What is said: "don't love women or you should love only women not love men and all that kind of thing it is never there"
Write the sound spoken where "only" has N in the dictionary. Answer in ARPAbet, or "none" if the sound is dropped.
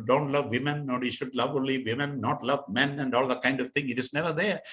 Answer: none